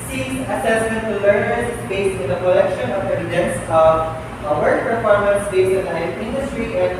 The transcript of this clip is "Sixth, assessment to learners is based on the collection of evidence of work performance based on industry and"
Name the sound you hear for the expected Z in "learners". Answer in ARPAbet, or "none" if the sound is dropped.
none